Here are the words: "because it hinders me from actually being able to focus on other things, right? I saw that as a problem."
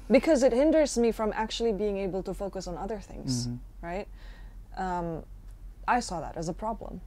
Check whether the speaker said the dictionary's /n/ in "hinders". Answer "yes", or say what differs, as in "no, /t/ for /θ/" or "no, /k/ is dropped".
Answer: yes